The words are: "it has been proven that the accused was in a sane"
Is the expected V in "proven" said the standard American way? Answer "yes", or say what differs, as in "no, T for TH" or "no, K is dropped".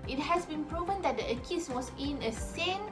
yes